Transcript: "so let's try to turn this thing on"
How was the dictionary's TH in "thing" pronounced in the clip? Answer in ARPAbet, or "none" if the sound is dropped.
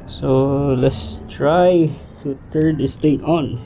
T